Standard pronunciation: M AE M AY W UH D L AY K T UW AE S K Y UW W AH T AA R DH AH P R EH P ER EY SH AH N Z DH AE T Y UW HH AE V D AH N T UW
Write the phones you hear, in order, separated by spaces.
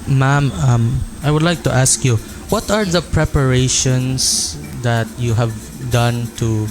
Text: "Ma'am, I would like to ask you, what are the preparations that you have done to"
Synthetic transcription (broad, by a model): M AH M AY W UH D L AY K T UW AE S K Y UW W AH T AA R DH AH P R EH P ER EY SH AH N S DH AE T Y UW HH AE V D AH N T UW